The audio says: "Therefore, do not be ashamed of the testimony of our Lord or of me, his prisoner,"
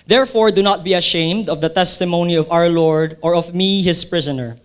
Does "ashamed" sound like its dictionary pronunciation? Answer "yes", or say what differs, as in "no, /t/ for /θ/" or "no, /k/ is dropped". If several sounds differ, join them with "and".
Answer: yes